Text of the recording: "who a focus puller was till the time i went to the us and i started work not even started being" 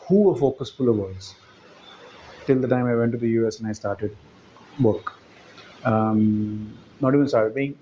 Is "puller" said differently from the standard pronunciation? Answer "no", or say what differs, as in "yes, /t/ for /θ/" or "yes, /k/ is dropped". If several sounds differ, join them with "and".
yes, /f/ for /p/